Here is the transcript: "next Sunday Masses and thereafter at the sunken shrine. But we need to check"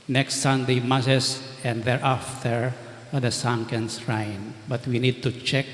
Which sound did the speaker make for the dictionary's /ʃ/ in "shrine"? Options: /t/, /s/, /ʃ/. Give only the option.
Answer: /s/